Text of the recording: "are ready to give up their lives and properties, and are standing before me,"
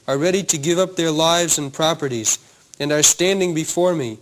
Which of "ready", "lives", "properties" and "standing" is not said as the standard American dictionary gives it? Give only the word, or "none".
none